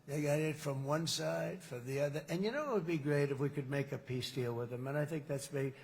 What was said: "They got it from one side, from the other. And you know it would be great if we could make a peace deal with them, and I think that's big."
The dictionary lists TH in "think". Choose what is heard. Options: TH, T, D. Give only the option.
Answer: TH